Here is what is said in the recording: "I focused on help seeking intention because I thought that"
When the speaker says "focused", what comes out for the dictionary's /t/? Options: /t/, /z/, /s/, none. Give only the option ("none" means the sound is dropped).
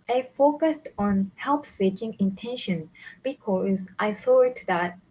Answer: /t/